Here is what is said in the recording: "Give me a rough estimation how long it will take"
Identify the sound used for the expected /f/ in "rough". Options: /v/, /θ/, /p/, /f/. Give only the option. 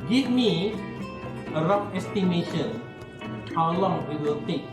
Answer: /p/